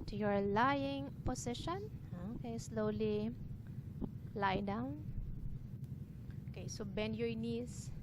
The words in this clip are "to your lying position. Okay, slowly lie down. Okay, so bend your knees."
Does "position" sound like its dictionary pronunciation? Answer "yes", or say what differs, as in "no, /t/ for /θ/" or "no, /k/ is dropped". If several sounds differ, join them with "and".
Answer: no, /s/ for /z/